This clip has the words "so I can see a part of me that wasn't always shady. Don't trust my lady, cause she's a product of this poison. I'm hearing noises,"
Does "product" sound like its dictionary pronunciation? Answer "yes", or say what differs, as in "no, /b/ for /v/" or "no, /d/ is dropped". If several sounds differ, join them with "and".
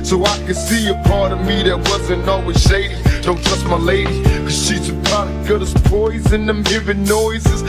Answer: no, /k/ is dropped